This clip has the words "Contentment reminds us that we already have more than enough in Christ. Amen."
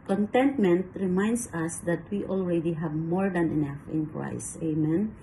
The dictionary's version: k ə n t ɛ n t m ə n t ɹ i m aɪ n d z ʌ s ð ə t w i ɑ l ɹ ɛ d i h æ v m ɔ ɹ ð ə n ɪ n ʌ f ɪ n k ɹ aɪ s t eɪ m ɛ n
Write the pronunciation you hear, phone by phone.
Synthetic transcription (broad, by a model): k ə n t ɛ n t m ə n t ɹ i m aɪ n d s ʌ s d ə t w i ɑ l ɹ ɛ d i h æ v m ɔ ɹ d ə n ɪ n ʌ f ɪ n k ɹ aɪ s eɪ m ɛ n